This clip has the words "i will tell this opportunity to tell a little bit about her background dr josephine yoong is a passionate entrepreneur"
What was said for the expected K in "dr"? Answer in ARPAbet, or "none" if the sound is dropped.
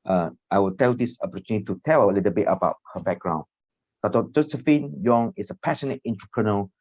none